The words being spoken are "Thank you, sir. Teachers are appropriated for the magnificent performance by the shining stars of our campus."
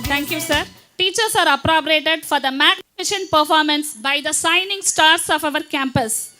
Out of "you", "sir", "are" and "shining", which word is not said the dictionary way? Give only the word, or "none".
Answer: shining